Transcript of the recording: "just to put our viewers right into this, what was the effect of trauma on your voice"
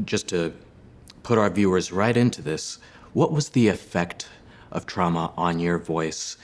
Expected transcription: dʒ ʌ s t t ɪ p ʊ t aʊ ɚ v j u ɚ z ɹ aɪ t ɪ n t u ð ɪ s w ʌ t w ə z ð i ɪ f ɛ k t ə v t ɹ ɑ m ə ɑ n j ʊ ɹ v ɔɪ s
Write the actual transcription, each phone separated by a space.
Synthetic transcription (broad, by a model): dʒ ʌ s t t ɪ p ʊ t aʊ ɚ v j u ɚ z ɹ aɪ t ɪ n t u ð ɪ s w ʌ t w ə z ð i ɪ f ɛ k t ə v t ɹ ɑ m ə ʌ n j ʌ ɹ v ɔɪ s